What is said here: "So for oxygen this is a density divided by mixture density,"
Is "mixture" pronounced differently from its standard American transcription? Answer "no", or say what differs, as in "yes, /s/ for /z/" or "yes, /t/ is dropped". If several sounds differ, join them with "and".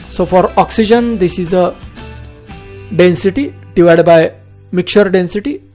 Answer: yes, /s/ is dropped